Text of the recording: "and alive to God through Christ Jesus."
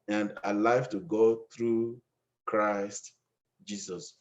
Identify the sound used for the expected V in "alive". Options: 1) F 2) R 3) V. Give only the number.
1